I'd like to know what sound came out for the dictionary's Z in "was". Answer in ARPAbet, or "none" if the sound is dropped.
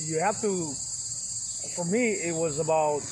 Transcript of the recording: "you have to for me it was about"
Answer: Z